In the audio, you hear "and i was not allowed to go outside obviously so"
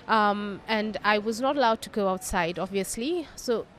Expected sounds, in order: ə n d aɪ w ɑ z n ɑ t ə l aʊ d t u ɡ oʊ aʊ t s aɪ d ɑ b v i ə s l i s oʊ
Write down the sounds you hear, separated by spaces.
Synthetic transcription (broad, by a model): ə n d aɪ w ɑ z n ɑ t ə l aʊ d t u ɡ oʊ aʊ t s aɪ d ɑ b v i ə s l i s oʊ